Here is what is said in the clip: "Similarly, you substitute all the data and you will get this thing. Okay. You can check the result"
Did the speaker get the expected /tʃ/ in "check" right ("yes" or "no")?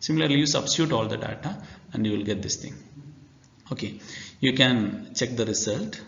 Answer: yes